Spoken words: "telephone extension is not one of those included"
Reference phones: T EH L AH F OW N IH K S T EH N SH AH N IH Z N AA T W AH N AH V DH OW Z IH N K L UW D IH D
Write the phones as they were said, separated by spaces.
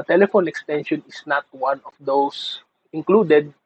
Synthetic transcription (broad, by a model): T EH L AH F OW N IH K S T EH N SH AH N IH S N AA T W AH N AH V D OW S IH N K L UW D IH D